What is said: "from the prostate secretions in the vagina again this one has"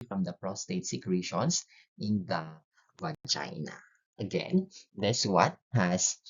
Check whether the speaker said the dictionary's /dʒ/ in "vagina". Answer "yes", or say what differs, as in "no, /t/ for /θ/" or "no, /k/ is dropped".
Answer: no, /tʃ/ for /dʒ/